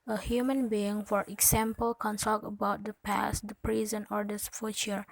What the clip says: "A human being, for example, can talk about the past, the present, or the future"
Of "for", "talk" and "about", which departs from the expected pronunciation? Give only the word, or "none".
talk